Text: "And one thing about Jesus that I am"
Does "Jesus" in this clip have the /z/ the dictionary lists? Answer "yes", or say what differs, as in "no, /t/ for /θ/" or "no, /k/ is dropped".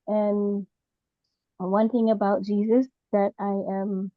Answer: yes